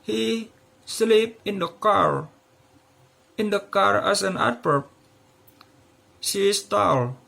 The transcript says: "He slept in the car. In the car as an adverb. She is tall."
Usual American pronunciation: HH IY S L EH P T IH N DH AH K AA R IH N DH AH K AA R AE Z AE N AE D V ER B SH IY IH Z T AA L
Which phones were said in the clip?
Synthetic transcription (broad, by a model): HH IY S L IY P IH N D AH K AA R IH N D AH K AA R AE S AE N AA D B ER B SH IY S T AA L